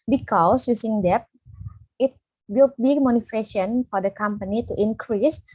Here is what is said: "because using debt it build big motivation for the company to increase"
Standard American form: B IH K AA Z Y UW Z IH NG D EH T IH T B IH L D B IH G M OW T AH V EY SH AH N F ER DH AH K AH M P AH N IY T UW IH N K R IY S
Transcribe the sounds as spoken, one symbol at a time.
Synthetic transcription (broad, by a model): B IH K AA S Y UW S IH NG D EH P IH T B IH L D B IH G M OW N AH F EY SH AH N F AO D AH K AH M P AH N IY T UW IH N K R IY S